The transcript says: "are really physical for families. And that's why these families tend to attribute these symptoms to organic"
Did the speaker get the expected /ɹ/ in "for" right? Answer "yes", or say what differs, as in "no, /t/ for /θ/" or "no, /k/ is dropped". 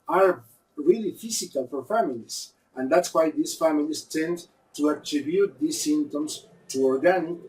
yes